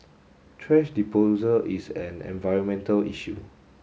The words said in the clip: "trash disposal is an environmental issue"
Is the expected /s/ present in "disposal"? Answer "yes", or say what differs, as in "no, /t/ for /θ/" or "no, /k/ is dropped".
no, /s/ is dropped